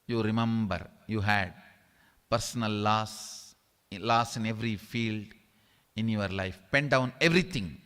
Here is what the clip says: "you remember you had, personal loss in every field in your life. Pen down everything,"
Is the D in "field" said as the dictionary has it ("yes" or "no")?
yes